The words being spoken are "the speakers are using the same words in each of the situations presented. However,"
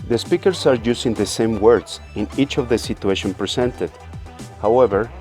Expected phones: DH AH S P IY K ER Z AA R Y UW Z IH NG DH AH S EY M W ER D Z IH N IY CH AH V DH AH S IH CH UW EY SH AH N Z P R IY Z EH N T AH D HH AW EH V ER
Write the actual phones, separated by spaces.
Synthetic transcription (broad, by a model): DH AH S P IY K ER S AA R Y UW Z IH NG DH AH S EY M W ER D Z IH N IY CH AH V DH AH S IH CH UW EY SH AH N P R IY S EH N T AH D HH AW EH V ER